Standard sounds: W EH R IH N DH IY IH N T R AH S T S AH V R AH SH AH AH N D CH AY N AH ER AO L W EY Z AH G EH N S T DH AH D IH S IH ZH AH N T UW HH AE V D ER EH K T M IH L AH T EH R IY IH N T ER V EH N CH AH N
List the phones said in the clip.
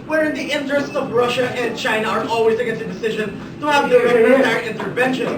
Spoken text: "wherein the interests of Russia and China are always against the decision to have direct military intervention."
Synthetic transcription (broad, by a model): W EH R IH N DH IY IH N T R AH S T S AH V R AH SH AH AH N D CH AY N AH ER AO L W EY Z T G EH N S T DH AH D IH S IH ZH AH N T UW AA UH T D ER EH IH N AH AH R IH N T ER V EH N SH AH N